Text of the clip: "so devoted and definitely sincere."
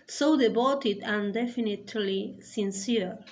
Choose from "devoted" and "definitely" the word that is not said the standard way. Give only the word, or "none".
devoted